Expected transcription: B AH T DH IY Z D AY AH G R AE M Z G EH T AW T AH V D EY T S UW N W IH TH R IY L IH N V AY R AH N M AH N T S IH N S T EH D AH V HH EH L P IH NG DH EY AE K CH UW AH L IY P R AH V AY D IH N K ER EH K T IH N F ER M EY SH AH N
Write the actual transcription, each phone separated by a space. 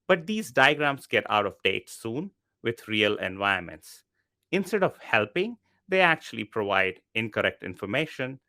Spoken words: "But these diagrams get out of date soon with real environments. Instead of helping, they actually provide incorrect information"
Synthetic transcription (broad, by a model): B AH T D IY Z D AY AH G R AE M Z G EH T AW T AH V D EY T S UW N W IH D R IY L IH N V AY AH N M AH N T S IH N S T EH D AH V HH EH L P IH NG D EY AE K CH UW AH L IY P R AH V AY D IH N K ER EH K T IH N F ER M EY SH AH N